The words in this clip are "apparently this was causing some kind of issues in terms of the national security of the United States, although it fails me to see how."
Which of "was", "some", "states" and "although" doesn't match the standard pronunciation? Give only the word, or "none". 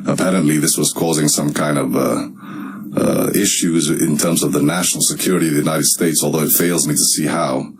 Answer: none